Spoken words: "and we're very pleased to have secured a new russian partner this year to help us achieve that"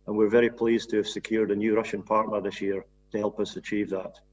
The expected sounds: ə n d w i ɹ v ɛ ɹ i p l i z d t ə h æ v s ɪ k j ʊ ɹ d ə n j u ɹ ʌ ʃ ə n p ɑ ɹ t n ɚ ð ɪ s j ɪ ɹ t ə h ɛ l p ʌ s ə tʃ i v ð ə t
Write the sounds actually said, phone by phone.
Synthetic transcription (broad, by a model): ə n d w i ɹ v ɛ ɹ i p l i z t ə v s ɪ k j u ɹ d ə n j u ɹ ʌ ʃ ə n p ɑ ɹ t n ɚ ð ɪ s j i ɹ t ə h ɛ l p ʌ s ə tʃ i v ð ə t